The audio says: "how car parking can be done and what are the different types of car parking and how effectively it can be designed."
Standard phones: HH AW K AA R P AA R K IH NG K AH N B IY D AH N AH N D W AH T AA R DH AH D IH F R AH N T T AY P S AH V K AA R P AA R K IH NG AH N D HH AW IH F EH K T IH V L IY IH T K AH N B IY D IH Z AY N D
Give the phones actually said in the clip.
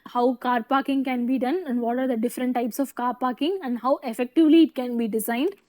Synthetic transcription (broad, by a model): HH AW K AA R P AA R K IH NG K AH N B IY D AH N AH N D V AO T AA R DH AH D IH F R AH N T T AY P S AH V K AA R P AA R K IH NG AH N D HH AW IH F EH K T IH V L IY IH T K AH N B IY D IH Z AY N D